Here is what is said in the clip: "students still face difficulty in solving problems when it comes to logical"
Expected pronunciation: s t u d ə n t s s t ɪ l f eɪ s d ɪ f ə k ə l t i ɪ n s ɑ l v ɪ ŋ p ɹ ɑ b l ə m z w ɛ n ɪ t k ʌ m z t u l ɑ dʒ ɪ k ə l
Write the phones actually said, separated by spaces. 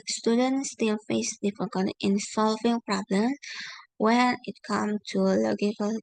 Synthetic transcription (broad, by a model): s t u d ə n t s s t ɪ l f eɪ s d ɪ f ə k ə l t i ɪ n s ɑ l v ɪ ŋ p ɹ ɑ b l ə m s w ɛ n ɪ t k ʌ m s t u l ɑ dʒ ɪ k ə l